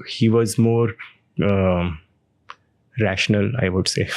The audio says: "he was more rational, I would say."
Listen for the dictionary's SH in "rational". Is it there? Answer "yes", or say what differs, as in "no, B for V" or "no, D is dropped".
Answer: yes